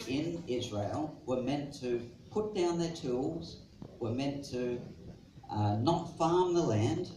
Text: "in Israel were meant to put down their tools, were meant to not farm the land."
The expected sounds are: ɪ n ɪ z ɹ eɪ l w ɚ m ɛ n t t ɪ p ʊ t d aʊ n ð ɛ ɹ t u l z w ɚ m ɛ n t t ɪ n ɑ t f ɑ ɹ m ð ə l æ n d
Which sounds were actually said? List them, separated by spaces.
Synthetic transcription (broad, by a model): ɪ n ɪ z ɹ eɪ l w ɚ m ɛ n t t ɪ p ʊ t d aʊ n ð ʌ ɹ t u l z w ɚ m ɛ n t t ɪ n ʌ t f ɑ ɹ m ð ə l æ n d